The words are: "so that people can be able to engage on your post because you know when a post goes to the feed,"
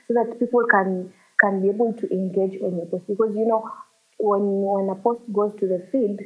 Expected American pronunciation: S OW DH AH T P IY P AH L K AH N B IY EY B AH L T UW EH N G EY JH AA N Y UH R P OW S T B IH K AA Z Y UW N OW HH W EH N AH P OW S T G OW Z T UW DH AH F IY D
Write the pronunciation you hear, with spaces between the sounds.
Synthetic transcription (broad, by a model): S OW DH AH T P IY P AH N K AH N B IY EY B AH L T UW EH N G EY JH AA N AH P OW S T B IH K AA Z Y UW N OW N W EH N AH P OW S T G OW Z T UW DH AH F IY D